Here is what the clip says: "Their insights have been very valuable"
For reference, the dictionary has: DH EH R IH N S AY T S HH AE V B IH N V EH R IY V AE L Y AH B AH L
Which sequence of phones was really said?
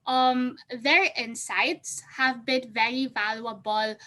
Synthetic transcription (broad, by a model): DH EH R IH N S AY T S HH AE V B IH N V EH R IY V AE L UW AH B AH L